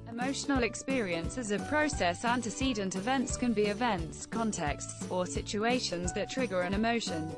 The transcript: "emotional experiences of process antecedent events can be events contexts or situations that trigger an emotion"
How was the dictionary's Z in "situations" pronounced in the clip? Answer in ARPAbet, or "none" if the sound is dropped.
Z